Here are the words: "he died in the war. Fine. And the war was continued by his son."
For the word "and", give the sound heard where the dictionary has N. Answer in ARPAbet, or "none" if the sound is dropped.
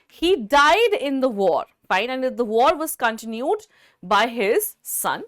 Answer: L